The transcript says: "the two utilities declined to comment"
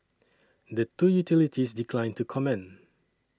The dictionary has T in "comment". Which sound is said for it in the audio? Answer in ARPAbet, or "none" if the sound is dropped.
none